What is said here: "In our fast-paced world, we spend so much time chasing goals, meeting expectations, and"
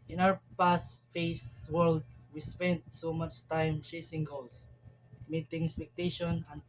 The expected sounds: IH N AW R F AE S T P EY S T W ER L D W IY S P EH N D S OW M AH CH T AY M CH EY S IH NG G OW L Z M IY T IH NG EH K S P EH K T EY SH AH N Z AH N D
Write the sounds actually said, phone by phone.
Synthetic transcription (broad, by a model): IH N AW R P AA S T F EY S W ER L D W IY S P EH N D S OW M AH CH T AY M CH EY S IH NG G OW L S M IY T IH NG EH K S P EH K T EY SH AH N AH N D